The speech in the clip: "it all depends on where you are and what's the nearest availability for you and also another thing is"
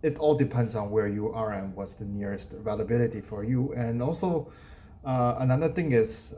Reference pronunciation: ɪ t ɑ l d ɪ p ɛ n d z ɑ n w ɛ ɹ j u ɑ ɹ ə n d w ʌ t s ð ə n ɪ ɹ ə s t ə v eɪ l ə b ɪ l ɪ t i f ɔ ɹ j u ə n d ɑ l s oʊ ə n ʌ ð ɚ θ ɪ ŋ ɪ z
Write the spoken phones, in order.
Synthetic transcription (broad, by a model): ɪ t ɑ l d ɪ p ɛ n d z ɑ n w ɛ ɹ j u ɑ ɹ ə n w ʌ t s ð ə n ɪ ɹ ə s t v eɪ l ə b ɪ l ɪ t i f ɔ ɹ j u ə n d ɑ l s oʊ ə n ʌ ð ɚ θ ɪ ŋ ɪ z